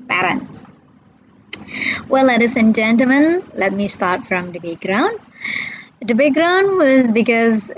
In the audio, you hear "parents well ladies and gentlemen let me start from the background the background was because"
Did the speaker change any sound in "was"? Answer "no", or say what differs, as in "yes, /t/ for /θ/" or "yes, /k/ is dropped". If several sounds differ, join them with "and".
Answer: no